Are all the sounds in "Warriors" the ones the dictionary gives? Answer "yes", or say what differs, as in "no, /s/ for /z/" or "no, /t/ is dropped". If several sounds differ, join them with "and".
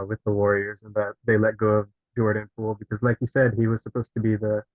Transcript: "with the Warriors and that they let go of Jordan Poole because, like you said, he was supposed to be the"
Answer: yes